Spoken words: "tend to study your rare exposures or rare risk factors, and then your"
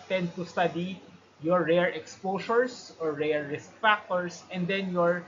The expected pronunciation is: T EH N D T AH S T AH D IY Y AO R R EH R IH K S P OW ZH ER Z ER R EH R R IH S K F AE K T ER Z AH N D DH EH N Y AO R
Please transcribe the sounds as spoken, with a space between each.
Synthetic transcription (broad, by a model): T EH N D T AH S T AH D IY Y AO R R EH R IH K S P OW S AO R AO R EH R R IH S K F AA K T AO S AH N D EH N Y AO R